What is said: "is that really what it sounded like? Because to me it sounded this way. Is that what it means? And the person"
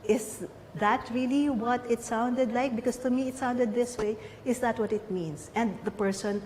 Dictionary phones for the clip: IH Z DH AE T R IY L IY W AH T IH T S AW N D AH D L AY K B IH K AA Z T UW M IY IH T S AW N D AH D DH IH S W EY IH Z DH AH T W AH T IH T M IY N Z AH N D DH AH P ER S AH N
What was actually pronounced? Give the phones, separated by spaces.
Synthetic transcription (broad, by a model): IH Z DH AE T R IY L IY W AH T IH T S AW N D AH D L AY K B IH K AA S T UW M IY IH T S AW N D AH D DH IH S W EY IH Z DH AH T W AH T IH T M IY N S AH N D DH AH P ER S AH N